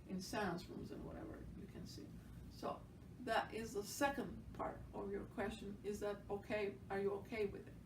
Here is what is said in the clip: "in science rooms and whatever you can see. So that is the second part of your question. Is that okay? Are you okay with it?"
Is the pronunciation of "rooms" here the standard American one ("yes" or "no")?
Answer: yes